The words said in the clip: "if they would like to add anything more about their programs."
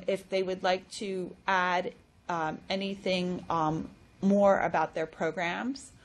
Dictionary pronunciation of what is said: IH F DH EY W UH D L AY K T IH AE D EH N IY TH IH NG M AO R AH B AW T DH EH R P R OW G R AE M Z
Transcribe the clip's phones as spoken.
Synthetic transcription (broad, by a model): IH F DH EY W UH D L AY K T IH AE D EH N IY TH IH NG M AO R AH B AW T DH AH R P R OW G R AE M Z